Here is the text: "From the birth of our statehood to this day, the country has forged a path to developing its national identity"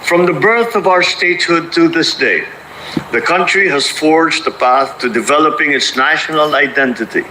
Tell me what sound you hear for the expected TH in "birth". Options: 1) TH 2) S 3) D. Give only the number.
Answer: 1